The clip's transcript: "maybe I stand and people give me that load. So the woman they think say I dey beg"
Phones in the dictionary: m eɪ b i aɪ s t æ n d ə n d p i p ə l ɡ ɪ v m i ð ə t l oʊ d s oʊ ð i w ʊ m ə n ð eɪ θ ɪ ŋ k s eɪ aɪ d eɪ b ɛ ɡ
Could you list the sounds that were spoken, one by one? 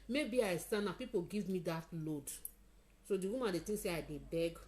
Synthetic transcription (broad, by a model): m eɪ b i aɪ s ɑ n ə p i p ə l ɡ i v m i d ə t l oʊ d s oʊ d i w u m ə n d eɪ t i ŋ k s eɪ aɪ d eɪ b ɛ ɡ